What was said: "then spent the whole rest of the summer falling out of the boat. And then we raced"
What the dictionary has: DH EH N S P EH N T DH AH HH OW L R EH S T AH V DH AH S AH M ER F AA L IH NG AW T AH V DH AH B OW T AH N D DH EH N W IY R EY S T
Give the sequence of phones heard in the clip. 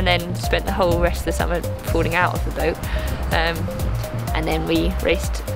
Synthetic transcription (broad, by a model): DH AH N S P EH N T DH AH HH OW L R EH S T AH V DH AH S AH M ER P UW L IH NG AW T AH V DH AH B OW T AH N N DH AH N W IY R EY S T